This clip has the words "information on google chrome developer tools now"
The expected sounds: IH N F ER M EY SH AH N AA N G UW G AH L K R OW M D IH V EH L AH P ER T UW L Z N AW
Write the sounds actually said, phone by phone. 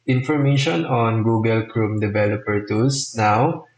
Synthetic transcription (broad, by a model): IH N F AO M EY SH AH N AA N G UW G AH L K R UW M D IH V EH L AH P ER T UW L S N AW